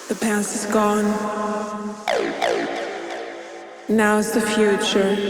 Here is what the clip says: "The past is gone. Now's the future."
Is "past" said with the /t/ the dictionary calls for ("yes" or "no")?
no